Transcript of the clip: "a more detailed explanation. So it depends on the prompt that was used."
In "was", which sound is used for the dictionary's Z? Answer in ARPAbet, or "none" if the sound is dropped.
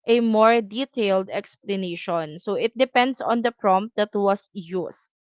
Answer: S